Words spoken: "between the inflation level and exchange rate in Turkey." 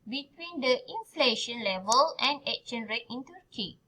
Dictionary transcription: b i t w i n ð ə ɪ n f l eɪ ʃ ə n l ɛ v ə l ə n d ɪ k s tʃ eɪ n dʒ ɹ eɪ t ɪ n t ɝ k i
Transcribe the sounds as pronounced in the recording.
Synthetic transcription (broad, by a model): b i t w i n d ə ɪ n f l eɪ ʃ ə n l ɛ v ə l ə n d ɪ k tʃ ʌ n ɹ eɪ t ɪ n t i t i